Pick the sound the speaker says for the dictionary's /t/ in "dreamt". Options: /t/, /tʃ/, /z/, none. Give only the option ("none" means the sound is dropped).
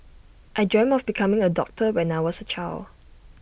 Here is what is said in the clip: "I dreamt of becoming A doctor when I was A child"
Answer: none